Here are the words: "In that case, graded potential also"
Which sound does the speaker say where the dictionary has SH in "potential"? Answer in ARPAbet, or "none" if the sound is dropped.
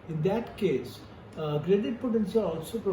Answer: S